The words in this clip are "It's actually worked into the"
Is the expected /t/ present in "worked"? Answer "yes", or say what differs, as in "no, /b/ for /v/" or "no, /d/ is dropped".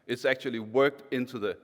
yes